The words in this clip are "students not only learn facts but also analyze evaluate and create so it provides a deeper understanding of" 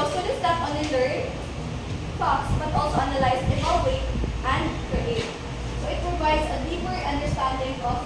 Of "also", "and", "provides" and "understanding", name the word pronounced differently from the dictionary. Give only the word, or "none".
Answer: provides